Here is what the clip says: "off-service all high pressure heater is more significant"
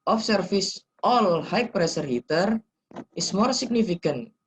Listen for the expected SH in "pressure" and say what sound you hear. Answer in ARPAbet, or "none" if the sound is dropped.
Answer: S